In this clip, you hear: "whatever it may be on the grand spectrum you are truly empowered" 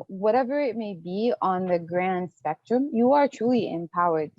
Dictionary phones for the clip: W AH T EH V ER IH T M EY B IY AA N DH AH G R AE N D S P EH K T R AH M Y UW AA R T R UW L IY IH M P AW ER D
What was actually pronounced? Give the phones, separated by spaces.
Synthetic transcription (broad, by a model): W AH T EH V ER IH T M EY B IY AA N DH AH G R AE N D S P EH K T R AH M Y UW AA R T R UW L IY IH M P AW ER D